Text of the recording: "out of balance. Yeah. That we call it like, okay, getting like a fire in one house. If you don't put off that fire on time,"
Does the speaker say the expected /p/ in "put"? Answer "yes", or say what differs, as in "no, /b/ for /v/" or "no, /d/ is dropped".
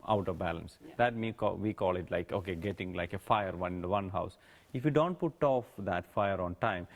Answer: yes